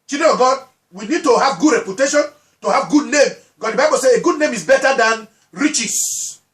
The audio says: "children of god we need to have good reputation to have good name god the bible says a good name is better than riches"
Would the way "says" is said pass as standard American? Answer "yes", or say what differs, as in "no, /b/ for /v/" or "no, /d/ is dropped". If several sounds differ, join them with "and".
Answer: no, /z/ is dropped